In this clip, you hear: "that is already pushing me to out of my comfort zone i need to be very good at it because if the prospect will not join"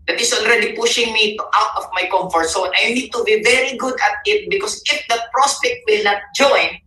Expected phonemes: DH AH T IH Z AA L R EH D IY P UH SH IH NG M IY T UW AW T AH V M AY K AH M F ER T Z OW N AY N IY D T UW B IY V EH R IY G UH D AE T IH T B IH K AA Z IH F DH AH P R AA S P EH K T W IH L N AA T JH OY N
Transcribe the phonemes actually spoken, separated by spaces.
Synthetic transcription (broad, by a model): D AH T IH S AA L R EH D IY P UH SH IH NG M IY T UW AW T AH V M AY K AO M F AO T S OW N AY N IY D T UW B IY V EH R IY G UH D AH T IH T B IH K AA S IH F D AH P R AA S P EH K T W IH L N AA T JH OY N